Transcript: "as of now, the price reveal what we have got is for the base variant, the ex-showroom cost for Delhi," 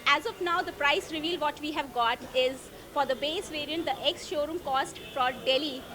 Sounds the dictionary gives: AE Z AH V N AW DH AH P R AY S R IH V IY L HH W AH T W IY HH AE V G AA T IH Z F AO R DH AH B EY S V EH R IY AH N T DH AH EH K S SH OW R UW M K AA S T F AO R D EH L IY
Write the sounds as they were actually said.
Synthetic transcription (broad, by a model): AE Z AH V N AW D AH P R AY S R IH V IY L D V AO T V IY HH AE V G AA T IH Z F AO R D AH B EY S V EH R IY AH N T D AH EH K S SH OW R UW M K AA S T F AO R D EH L IY